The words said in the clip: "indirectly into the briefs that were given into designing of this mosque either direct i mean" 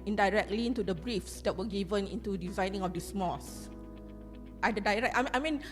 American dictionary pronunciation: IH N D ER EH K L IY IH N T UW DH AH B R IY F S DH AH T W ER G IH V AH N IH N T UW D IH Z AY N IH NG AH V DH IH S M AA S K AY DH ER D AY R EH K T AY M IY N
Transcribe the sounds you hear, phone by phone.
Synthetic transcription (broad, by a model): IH N D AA EH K L IY IH N T UW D AH B R IY F S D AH T W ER G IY V AH N IH N T UW D IH Z AY N IH NG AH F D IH S M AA S AY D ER D AY R EH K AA AY M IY N